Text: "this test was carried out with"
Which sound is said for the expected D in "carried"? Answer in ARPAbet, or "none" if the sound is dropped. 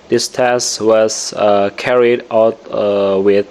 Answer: D